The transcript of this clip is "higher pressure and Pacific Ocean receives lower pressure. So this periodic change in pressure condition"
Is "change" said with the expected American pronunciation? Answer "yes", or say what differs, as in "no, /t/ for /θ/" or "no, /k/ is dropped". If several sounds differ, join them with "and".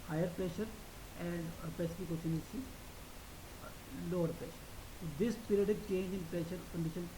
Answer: yes